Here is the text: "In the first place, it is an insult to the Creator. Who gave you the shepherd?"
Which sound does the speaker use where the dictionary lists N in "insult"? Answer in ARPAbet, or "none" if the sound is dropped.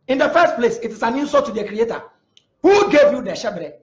none